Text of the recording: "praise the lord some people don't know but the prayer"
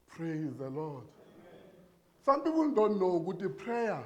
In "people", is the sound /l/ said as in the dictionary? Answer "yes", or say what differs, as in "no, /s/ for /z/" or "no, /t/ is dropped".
no, /n/ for /l/